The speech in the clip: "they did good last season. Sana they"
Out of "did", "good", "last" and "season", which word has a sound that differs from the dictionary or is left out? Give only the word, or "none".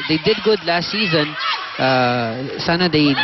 none